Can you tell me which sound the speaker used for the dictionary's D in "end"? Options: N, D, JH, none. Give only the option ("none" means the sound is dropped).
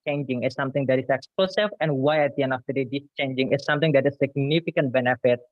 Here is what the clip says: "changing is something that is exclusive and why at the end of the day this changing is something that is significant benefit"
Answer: none